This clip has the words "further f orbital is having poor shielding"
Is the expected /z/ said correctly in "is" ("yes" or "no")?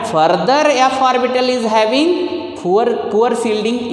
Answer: yes